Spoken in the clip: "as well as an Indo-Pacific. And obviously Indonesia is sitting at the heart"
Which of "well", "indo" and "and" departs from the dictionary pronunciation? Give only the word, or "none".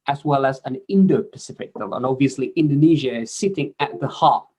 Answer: and